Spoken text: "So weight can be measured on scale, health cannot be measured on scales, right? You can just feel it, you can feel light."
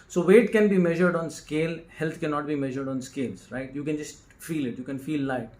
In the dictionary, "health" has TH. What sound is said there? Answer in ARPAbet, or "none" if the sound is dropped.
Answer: T